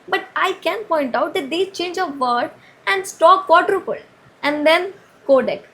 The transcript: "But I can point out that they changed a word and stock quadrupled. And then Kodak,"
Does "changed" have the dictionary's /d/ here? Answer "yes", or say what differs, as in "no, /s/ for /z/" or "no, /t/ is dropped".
no, /d/ is dropped